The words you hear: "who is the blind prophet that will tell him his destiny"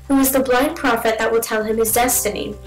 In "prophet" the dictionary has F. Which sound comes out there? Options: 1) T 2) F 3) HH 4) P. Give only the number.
2